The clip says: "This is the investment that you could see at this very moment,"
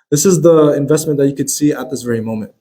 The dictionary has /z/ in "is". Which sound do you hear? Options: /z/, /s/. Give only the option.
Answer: /z/